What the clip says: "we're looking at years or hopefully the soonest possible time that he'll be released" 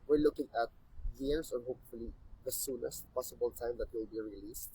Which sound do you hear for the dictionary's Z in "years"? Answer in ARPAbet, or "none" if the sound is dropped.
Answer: S